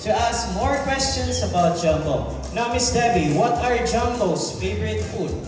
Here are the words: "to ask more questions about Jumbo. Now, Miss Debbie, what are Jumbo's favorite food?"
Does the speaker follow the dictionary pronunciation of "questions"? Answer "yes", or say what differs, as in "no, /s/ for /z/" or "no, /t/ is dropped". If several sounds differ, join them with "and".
no, /s/ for /z/